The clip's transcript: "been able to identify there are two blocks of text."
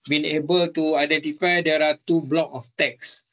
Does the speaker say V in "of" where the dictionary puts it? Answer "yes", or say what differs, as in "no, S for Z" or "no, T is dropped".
no, F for V